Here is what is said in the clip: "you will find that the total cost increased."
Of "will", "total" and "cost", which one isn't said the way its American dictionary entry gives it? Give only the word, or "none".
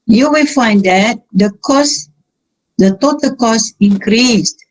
cost